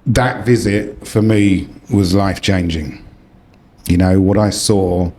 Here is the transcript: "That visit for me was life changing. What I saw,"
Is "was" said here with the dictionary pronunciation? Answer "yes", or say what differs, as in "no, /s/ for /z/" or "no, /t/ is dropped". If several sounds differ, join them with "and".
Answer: yes